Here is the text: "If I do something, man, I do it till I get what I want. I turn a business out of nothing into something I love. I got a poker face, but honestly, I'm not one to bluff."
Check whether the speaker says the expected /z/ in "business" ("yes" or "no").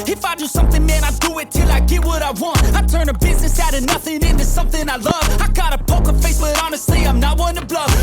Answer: yes